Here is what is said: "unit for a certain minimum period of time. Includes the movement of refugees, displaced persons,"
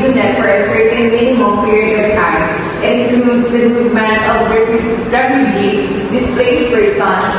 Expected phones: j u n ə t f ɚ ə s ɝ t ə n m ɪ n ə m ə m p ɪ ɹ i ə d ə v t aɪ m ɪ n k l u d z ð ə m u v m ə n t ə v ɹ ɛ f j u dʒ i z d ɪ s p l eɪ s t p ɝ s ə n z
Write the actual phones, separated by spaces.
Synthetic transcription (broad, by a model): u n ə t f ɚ ə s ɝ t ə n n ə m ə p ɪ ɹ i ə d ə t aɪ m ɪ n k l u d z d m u m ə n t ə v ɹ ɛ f j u dʒ i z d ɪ s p l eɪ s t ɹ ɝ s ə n